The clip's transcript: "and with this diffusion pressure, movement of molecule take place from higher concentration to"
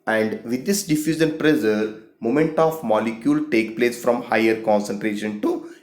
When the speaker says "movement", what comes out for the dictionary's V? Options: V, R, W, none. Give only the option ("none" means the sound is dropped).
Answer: none